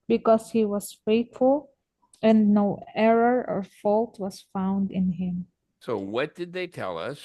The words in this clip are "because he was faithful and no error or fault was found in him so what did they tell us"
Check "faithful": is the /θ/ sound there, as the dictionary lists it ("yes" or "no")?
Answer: no